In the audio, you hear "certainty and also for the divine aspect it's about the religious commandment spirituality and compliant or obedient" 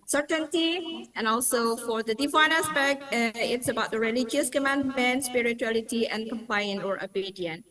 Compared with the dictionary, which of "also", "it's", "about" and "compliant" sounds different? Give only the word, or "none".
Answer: compliant